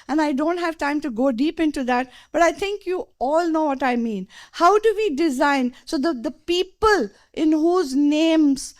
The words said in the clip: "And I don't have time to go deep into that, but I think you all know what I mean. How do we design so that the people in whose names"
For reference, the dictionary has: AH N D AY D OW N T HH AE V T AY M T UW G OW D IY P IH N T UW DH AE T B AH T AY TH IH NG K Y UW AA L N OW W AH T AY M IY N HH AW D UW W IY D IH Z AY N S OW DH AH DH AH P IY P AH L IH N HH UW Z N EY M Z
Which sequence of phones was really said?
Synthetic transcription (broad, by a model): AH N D AY D OW N T HH AE V T AY M T UW G OW D IY P IH N T UW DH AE T B AH T AY T IH NG K Y UW AA L N OW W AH T AY M IY N HH AW D UW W IY D IH Z AY N S OW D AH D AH P IY P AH L IH N HH UW Z N EY M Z